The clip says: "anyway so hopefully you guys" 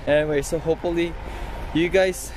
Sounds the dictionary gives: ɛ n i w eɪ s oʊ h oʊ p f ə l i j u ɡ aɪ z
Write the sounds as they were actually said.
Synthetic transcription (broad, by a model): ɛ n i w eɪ s oʊ h oʊ p f ə l i j u ɡ aɪ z